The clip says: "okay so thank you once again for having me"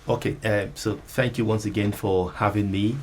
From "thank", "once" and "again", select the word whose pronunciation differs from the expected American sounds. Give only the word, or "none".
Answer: none